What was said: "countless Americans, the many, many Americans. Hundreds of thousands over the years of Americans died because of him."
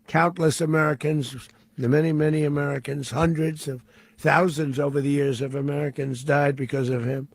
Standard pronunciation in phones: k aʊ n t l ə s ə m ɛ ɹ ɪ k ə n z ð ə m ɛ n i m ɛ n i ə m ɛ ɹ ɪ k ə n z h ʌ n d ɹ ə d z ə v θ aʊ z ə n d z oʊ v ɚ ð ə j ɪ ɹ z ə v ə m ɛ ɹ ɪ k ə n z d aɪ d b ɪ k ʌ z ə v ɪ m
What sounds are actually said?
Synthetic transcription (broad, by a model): k aʊ n t l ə s ə m ɛ ɹ ɪ k ə n z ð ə m ɛ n i m ɛ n i ə m ɛ ɹ ɪ k ə n z h ʌ n d ɹ ə d z ə v θ aʊ z ə n d z oʊ v ɚ ð ə j ɪ ɹ z ə v ə m ɛ ɹ ɪ k ə n z d aɪ d b ɪ k ʌ z ə v ɪ m